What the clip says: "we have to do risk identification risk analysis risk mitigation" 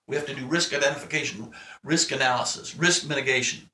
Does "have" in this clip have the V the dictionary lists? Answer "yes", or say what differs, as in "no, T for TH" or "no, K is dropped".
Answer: no, F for V